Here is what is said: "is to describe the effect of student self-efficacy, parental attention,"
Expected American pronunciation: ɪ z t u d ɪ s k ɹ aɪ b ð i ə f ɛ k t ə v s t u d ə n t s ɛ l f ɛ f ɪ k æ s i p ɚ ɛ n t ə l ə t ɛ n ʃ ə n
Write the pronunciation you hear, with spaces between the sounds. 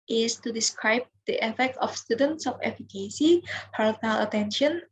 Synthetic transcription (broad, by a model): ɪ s t u d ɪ s k ɹ aɪ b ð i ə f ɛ k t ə f s t u d ə n t s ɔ f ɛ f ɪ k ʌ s i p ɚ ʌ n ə l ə t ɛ n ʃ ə n